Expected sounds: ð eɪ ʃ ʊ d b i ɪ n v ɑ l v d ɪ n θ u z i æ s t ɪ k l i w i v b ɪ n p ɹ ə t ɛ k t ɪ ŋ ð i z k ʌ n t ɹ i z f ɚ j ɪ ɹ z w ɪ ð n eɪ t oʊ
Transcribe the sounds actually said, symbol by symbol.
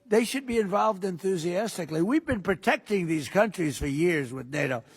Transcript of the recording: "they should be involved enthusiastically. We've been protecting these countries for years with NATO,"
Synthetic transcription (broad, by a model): ð eɪ ʃ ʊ d b i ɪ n v ɑ l v d ɪ n θ u z i æ s t ɪ k l i w i v b ɪ n p ɹ ə t ɛ k t ɪ ŋ ð i z k ʌ n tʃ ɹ i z f ɚ j ɪ ɹ z w ɪ ð n eɪ t oʊ